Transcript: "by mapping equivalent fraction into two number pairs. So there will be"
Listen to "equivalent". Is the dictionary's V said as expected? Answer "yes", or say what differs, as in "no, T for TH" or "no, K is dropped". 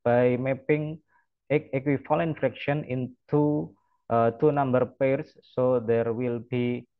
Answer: no, F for V